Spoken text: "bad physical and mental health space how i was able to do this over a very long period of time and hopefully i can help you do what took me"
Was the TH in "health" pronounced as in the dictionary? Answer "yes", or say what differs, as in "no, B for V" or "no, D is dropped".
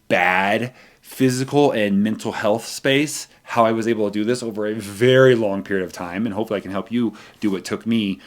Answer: yes